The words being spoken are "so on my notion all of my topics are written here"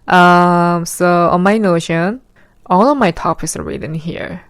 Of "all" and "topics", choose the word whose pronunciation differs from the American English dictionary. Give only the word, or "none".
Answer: topics